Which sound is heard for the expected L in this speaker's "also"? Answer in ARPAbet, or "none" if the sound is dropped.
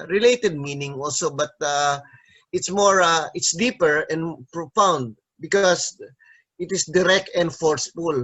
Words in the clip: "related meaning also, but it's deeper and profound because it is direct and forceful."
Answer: L